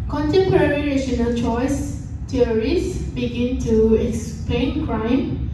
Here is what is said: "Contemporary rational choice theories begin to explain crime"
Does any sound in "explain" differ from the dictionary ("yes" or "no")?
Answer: no